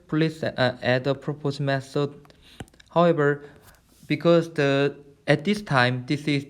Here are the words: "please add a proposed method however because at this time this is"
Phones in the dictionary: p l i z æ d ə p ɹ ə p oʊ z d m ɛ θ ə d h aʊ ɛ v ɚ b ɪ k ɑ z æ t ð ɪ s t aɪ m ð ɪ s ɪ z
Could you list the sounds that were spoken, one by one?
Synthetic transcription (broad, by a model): p l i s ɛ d ə p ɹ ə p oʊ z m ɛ s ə h aʊ ɛ v ɚ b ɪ k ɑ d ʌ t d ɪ s t aɪ m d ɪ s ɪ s